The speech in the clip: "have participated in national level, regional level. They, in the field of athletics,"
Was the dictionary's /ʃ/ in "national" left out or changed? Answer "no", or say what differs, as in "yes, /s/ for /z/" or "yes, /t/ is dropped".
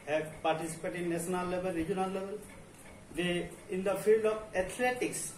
yes, /ʃ/ is dropped